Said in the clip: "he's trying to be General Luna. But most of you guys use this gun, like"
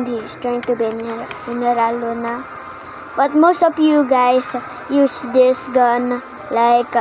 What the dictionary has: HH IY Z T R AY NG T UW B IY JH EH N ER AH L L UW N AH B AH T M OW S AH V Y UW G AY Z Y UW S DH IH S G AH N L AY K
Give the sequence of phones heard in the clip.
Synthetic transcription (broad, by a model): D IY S T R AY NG T UW B IY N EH N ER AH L L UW N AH B AH T M OW S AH P Y UW G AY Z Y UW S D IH S G AH N L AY K